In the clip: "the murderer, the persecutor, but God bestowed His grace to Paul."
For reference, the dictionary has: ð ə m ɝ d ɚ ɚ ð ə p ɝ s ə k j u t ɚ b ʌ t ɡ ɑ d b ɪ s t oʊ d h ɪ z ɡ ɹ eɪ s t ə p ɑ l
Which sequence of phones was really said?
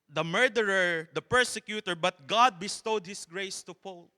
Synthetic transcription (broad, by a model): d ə m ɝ d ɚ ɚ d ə p ɝ s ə k j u t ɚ b ʌ t ɡ ɑ d b ɪ s t oʊ d h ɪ s ɡ ɹ eɪ s t ə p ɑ l